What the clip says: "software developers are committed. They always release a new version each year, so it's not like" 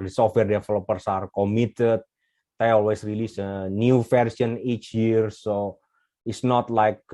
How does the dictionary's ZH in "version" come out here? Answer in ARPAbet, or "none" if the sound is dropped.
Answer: S